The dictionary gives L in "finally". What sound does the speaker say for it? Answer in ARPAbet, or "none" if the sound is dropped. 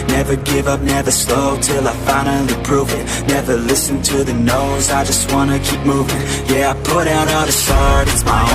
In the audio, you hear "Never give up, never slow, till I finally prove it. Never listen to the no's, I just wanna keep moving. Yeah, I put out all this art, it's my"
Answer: none